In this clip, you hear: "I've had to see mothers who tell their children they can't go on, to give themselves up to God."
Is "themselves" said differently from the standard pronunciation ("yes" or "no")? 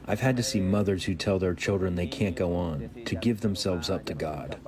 no